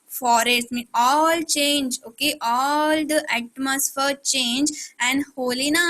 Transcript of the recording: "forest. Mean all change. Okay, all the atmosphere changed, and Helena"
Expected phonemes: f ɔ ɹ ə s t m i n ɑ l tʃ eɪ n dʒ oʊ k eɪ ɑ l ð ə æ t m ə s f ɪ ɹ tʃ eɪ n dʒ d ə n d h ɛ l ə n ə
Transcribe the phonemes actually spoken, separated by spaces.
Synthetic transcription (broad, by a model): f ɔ ɹ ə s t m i ɑ l tʃ eɪ n dʒ oʊ k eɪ ɑ l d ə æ t m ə s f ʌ ɹ tʃ eɪ n dʒ ə n d h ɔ l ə n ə